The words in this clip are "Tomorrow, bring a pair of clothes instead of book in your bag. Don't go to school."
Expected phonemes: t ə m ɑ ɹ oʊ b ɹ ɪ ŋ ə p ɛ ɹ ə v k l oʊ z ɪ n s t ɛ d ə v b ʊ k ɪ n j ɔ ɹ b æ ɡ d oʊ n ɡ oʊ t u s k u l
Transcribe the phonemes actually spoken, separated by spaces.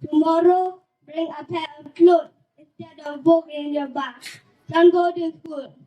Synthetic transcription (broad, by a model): t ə m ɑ ɹ oʊ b ɹ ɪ ŋ ə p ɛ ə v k l oʊ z ɪ n s t ɛ d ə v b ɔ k ɪ n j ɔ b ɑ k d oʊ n ɡ oʊ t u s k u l